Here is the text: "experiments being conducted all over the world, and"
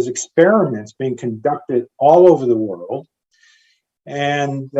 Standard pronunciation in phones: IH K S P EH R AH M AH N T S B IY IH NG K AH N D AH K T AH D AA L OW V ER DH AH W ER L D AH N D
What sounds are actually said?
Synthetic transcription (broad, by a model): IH K S P EH R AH M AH N T S B IY IH NG K AH N D AH K T AH D AA L OW V ER DH AH W ER L D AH N